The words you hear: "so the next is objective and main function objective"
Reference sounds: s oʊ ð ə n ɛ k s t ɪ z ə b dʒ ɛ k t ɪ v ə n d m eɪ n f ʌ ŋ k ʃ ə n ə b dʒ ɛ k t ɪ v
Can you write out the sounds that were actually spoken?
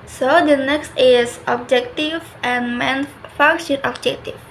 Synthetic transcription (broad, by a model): s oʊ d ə n ɛ k s t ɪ s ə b dʒ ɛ k t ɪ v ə n m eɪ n f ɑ k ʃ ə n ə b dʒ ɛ k t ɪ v